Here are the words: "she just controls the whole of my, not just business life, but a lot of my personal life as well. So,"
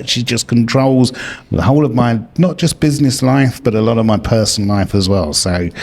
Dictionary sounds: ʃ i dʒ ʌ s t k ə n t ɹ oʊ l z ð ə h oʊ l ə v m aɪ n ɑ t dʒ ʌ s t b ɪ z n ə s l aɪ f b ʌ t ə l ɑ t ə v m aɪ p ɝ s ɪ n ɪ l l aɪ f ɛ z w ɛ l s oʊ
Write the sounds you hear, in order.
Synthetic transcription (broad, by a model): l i dʒ ʌ s k ə n t ɹ oʊ l z ð ə h oʊ l ə v m aɪ n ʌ t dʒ ʌ s b ɪ z n ə s l aɪ f b ʌ t ə l ɑ t ə v m aɪ p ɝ s n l l aɪ f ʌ z w ɛ l s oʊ